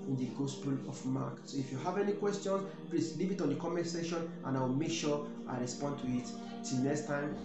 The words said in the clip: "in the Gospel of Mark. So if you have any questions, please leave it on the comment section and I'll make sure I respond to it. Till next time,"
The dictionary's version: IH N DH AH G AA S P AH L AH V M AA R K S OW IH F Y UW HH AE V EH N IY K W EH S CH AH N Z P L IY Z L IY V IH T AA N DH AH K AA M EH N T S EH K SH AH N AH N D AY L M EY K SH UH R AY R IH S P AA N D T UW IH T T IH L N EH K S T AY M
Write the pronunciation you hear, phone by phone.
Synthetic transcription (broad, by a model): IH N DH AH G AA S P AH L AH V M AA K S OW IH F Y UW HH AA V EH N IY K W EH S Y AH N S P L IY S L IY V IH T AA N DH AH K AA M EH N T S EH SH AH N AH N AY W M EY K SH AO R AY R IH S P AA N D T UW IH T T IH L N EH K S T AY M